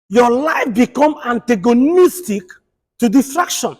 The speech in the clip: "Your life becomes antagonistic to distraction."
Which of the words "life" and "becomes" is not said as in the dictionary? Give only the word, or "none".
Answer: becomes